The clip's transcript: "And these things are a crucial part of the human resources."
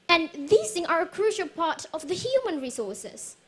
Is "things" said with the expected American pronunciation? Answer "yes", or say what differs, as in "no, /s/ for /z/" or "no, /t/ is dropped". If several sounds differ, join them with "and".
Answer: no, /z/ is dropped